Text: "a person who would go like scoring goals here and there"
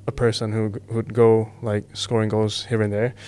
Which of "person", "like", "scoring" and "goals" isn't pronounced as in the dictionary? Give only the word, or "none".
goals